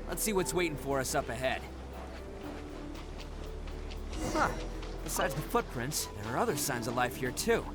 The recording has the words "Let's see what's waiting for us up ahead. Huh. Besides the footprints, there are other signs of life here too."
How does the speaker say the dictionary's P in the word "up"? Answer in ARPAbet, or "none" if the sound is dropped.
P